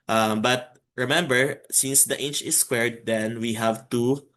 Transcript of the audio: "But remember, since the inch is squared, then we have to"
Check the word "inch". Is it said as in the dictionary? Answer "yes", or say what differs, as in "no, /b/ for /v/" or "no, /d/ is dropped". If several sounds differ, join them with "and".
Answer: yes